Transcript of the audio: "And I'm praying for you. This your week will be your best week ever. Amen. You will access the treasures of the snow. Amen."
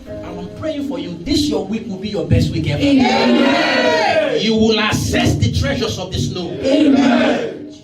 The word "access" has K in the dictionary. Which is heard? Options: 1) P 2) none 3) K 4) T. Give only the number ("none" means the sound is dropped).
2